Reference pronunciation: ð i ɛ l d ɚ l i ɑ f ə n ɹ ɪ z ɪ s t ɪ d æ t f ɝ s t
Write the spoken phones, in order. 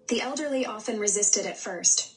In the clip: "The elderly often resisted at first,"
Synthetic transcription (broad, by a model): ð i ɛ l d ɚ l i ɑ f ə n ɹ ɪ z ɪ s t ɪ d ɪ t f ɝ s t